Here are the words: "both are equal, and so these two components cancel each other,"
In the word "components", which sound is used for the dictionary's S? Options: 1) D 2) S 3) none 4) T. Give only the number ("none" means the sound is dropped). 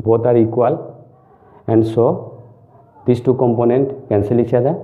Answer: 3